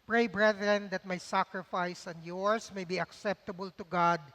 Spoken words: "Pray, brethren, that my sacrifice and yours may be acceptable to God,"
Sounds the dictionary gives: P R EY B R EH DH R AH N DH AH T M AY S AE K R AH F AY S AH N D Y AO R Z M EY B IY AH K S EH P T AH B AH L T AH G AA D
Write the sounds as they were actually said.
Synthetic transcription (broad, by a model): P R EY B R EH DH R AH N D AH T M AY S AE K R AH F AY S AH N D Y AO R S M EY B IY AH K S EH P T AH B AH L T AH G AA D